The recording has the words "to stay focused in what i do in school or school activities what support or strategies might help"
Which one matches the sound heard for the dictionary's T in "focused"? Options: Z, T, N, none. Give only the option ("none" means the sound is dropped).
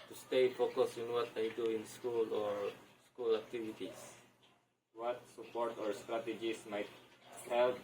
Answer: none